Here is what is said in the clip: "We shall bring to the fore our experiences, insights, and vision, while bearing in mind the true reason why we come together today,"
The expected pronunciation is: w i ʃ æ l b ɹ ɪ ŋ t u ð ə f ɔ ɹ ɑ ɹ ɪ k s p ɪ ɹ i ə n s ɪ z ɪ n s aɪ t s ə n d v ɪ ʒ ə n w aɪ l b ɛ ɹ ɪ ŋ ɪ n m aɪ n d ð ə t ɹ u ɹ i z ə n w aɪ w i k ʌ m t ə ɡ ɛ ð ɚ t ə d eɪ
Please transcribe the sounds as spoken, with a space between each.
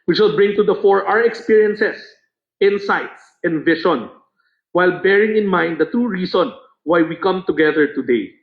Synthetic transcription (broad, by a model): w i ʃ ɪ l b ɹ ɪ ŋ t u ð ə f ɔ ɹ ɑ ɹ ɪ k s p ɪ ɹ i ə n s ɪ s ɪ n s aɪ t s ə n d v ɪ ʃ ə n w aɪ l b ɛ ɹ ɪ ŋ ɪ n m aɪ n d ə t ɹ u ɹ i s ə n w aɪ w i k ʌ m t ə ɡ ɛ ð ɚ t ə d eɪ